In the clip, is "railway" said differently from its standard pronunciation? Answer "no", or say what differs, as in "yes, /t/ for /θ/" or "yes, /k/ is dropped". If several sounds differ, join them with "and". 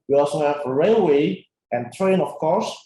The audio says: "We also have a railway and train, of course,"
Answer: no